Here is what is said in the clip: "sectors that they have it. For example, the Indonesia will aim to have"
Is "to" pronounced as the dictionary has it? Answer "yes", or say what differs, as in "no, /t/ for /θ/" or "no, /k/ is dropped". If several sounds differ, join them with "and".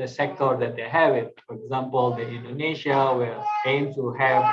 no, /s/ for /t/